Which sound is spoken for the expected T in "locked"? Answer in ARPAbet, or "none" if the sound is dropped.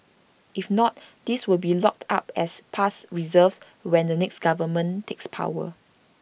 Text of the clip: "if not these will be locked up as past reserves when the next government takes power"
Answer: T